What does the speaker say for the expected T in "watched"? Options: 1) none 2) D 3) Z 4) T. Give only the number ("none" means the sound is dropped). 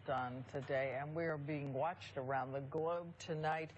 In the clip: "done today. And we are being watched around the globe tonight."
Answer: 4